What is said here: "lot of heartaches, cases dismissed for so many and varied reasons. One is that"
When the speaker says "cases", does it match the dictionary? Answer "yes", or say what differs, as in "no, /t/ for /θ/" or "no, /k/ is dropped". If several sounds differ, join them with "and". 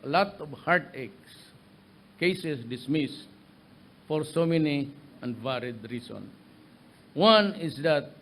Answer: no, /s/ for /z/